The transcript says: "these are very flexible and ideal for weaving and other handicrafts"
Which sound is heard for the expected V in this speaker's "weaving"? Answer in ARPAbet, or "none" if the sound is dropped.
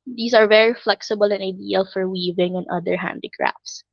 V